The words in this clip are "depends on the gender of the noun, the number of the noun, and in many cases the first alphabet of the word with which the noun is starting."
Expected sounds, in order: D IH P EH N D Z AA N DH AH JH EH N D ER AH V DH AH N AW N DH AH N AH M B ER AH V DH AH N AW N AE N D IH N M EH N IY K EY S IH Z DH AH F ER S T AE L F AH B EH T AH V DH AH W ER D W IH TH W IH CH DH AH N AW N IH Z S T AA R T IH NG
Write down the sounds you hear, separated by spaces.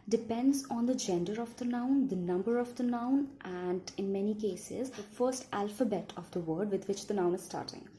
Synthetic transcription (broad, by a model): D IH P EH N D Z AA N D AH JH EH N D ER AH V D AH N AW N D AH N AH M B ER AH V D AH N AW N AE N D IH N M EH N IY K EY S IH Z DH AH F ER S T AE L F AH B EH T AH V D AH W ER D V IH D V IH CH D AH N AW N IH Z S T AA R T IH NG